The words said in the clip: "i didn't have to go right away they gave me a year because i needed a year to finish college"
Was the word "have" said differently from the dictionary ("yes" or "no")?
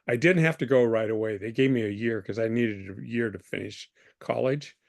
yes